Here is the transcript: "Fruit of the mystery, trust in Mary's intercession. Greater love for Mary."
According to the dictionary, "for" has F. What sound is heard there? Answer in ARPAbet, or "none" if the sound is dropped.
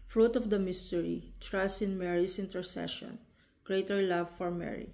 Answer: F